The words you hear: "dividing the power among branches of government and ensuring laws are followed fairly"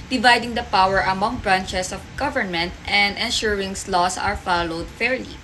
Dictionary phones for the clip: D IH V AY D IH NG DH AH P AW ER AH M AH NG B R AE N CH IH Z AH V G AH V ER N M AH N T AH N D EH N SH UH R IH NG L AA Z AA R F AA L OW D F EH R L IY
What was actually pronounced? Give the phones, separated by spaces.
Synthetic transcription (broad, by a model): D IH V AY D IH NG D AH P AW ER AH M AH NG B R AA N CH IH S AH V G AH V ER N M AH N T AH N D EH N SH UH R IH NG L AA S AA R F AA L OW D F EH R L IY